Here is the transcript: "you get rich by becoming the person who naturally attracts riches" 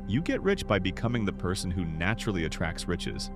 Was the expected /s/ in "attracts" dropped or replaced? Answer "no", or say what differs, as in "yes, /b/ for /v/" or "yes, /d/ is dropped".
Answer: no